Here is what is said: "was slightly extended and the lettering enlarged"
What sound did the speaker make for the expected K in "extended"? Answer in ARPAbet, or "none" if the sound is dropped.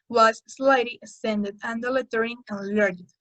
none